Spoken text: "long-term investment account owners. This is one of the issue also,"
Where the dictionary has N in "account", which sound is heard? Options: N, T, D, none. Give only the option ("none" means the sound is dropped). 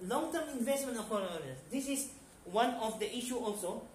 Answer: none